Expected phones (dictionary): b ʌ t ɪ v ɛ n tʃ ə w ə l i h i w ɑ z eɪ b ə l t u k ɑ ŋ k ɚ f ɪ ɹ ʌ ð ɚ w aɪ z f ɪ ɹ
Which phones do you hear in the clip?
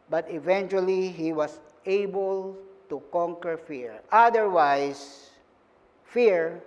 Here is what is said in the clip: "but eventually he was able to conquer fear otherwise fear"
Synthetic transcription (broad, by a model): b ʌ t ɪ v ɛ n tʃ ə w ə l i h i w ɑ s eɪ b ə l t u k ɑ ŋ k ɚ f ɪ ɹ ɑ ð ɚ w aɪ s f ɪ ɹ